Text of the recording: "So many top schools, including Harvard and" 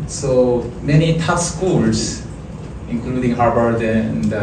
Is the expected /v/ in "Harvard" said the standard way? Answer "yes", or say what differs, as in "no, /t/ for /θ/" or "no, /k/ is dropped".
no, /b/ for /v/